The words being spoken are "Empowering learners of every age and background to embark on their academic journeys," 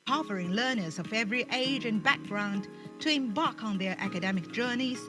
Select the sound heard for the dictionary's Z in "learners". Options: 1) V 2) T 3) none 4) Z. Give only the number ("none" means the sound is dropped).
4